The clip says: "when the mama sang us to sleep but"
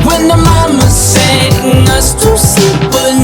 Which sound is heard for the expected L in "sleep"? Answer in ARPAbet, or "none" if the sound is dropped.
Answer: none